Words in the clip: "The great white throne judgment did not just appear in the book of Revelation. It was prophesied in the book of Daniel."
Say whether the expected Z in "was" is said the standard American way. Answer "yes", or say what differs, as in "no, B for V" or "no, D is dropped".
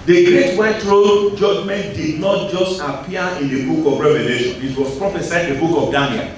no, S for Z